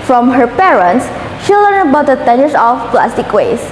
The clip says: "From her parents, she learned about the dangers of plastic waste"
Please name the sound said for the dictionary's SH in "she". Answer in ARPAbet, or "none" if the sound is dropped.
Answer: SH